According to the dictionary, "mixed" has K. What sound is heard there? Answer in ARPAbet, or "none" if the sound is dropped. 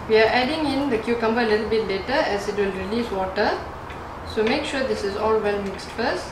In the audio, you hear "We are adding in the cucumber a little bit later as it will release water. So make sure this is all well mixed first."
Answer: K